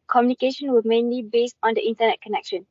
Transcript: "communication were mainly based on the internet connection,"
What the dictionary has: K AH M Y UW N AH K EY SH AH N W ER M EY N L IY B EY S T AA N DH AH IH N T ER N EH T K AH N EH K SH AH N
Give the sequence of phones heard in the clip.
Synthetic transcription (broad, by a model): K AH M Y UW N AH K EY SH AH N W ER M EY N L IY B EY S T AA N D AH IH N T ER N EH T K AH N EH K SH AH N